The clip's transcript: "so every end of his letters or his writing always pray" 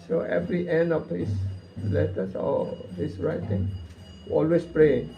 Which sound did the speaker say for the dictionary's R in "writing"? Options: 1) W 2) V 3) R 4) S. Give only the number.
3